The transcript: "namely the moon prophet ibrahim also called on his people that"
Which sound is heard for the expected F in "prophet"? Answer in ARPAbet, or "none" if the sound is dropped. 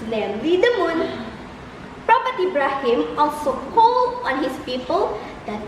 P